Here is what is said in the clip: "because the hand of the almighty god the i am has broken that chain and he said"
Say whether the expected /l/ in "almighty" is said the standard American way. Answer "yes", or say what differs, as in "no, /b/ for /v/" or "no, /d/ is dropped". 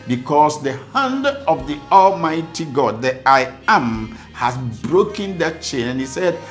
yes